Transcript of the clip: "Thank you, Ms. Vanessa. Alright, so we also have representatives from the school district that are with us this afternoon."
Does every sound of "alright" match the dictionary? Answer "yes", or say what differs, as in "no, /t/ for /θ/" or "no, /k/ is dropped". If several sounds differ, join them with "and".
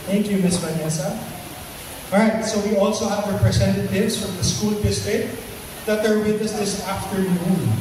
no, /l/ is dropped